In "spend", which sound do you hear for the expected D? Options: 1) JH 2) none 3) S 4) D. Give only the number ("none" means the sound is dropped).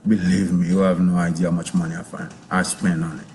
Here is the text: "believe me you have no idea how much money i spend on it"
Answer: 2